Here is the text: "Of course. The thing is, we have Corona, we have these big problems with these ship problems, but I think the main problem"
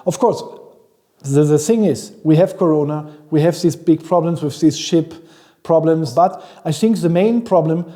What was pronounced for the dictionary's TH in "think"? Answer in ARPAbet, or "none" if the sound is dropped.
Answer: TH